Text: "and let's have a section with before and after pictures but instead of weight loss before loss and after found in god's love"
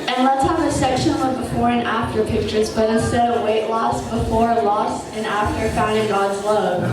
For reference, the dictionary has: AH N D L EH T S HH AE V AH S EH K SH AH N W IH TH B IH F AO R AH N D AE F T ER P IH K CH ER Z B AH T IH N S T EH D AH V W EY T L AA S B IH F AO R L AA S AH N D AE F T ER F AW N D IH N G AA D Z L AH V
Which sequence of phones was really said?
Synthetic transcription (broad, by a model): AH N L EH T S HH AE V AH S EH K SH AH N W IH B IH F AO R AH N AE F T ER P IH K CH ER Z B AH T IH S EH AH W EY T L AA S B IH F AO R L AA S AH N AE F T ER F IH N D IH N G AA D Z L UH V